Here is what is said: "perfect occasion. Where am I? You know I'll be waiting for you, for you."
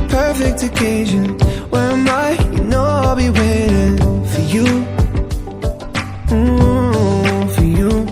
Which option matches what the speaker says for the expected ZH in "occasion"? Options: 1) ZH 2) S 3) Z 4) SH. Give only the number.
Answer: 1